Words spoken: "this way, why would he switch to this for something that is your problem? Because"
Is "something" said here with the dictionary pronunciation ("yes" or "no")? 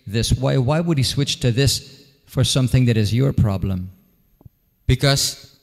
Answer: yes